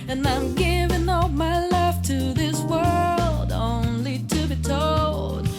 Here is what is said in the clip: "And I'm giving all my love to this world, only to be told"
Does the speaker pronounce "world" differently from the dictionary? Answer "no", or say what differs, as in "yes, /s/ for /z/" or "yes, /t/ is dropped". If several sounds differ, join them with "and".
no